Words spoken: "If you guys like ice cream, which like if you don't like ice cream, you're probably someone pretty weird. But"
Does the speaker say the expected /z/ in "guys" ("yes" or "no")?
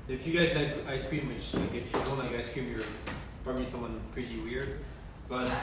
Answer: yes